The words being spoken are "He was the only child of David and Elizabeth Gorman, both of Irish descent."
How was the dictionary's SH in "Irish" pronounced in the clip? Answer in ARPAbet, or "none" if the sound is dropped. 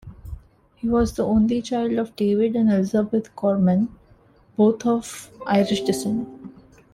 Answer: SH